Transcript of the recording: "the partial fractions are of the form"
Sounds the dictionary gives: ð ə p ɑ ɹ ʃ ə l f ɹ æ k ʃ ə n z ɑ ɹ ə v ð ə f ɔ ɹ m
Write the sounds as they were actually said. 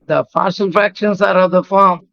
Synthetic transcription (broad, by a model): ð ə f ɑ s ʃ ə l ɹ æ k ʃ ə n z ɑ ɹ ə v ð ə f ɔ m